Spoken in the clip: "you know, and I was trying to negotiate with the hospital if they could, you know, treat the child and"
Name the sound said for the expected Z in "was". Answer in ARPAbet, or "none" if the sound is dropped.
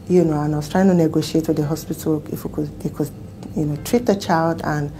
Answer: S